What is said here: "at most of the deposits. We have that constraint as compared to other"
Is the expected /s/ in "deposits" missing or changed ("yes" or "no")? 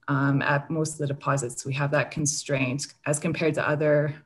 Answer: no